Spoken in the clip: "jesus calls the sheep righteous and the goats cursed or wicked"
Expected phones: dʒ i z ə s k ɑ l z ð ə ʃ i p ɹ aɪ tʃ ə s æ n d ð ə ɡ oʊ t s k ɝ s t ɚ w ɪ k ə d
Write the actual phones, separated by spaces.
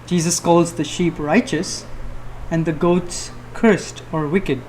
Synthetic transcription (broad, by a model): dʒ i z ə s k ɑ l z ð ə ʃ i p ɹ aɪ tʃ ə s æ n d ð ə ɡ oʊ t s k ɝ s t ɚ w ɪ k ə d